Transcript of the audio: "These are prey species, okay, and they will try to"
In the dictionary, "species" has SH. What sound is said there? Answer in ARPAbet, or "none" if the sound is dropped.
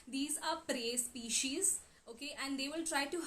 SH